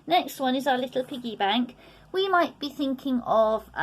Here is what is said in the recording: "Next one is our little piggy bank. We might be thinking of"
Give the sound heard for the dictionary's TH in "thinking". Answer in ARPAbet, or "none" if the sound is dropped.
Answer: TH